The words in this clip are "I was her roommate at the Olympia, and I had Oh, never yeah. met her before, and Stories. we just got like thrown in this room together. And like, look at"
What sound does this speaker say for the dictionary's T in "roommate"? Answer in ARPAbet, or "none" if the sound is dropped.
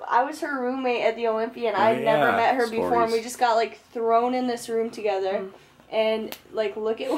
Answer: T